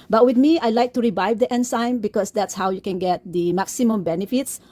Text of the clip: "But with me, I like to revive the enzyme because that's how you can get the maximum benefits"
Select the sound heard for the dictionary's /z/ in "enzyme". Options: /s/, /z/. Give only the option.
/s/